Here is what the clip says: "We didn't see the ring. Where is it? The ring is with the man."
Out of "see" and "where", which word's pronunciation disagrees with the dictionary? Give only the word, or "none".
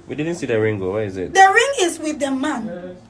where